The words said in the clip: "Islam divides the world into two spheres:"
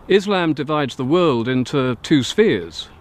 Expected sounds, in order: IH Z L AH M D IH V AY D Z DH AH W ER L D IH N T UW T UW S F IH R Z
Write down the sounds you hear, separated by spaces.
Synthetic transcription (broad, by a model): IH Z L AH M D IH V AY D Z DH AH W ER L D IH N T UW T UW S F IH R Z